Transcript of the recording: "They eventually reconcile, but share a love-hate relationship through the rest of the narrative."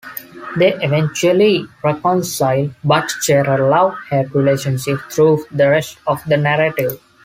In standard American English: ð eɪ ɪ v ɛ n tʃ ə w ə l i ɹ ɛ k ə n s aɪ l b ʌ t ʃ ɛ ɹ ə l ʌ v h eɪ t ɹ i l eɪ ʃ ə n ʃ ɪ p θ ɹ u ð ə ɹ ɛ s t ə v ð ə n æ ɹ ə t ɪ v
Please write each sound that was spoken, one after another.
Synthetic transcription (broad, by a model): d eɪ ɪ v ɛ n tʃ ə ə l i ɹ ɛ k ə n s aɪ l b ʌ t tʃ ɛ ɹ ə l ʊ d h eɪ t ɹ i l eɪ ʃ ə n ʃ ɪ p t ɹ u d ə ɹ ɛ s t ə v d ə n æ ɹ ə t ɪ v